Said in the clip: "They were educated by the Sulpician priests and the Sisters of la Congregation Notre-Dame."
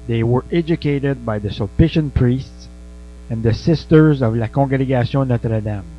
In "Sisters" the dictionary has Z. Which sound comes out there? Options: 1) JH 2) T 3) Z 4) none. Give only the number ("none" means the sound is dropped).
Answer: 3